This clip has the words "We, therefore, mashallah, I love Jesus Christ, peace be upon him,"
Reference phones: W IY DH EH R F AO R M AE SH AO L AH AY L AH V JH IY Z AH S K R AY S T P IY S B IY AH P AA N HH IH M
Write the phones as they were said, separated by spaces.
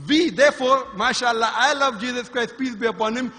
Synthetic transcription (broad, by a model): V IY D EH R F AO R M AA SH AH L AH AY L AH V JH IY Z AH S K R AY S T P IY S B IY AH P AA N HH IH M